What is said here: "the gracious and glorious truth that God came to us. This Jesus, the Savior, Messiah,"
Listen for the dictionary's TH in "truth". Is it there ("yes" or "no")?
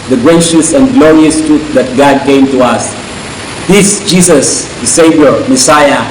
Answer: no